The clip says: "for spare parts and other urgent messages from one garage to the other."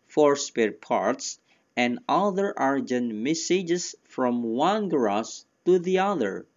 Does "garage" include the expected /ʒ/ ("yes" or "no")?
no